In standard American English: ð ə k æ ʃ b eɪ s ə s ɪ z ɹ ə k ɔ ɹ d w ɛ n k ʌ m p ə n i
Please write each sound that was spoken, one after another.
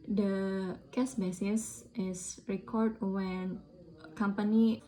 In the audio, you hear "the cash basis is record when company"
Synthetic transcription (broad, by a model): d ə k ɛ s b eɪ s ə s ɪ s ɹ ə k ɔ ɹ d w ɛ n k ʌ m p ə n i